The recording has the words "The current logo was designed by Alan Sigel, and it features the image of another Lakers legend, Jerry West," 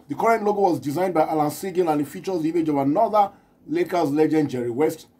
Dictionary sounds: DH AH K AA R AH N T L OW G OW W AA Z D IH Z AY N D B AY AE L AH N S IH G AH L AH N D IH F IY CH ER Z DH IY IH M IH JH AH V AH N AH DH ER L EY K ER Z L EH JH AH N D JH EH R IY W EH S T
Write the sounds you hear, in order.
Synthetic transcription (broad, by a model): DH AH K AA R AH N T L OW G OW W AA Z D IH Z AY N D B AY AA L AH N S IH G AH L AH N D IH F IY CH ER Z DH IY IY M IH JH AH V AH N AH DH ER L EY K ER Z L EH JH AH N D JH EH R IY W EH S T